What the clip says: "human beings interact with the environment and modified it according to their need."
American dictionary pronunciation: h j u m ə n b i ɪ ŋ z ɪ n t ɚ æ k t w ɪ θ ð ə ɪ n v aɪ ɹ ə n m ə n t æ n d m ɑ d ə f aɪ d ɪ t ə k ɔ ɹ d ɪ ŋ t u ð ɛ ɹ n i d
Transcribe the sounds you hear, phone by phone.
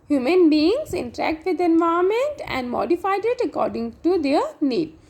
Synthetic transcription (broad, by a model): h j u m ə n b i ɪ ŋ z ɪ n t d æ k t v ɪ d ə n v aɪ ə m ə n t æ n d m ɑ d ə f aɪ d ɪ t ə k ɔ ɹ d ɪ ŋ t u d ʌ ɹ n i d